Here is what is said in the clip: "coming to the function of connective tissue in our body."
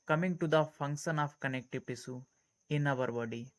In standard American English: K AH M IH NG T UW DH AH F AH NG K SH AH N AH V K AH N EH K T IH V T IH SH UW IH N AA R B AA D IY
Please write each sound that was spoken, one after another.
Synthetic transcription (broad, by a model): K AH M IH NG T UW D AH F AH NG K SH AH N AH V K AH N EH K T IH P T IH S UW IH N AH R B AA D IY